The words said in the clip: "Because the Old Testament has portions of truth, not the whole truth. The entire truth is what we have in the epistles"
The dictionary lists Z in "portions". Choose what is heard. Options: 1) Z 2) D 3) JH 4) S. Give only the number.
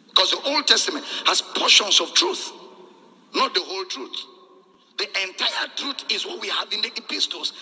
4